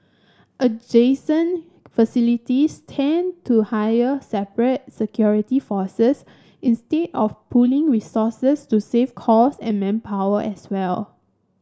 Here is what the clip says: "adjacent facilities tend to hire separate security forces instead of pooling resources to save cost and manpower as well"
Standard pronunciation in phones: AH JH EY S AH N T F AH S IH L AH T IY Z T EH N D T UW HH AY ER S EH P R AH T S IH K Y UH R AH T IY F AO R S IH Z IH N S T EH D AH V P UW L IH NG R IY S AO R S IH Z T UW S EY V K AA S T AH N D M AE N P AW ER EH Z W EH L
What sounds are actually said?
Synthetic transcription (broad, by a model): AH JH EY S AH N F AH S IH L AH T IY S T EH N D T UW HH AY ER S EH P R AH T S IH K Y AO R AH T IY F AO S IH S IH N S T EH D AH F P UW L IH NG R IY S AO S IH S T UW S EY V K AA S AH N M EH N P AW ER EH S W EH L